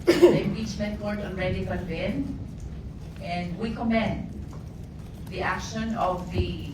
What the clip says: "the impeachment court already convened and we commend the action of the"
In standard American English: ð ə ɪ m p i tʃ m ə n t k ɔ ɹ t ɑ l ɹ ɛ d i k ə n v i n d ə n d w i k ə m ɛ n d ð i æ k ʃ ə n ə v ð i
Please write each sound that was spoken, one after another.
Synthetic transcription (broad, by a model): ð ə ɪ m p i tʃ m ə n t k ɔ ɹ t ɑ n ɹ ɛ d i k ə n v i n ə n d w i k ə m ɛ n d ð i æ k ʃ ə n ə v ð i